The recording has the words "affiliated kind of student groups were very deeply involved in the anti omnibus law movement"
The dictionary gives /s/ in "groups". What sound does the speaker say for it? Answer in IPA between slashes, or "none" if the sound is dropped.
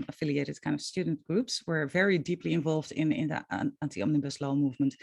/s/